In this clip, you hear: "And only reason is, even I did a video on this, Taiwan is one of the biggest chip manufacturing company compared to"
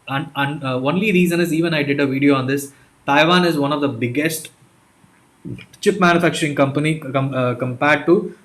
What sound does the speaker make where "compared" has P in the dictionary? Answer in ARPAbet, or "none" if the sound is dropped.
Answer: P